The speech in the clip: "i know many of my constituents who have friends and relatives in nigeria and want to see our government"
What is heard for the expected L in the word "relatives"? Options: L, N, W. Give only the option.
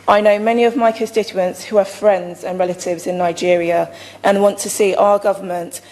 L